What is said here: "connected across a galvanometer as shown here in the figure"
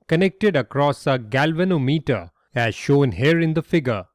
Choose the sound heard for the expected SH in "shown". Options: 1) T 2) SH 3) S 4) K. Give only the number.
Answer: 2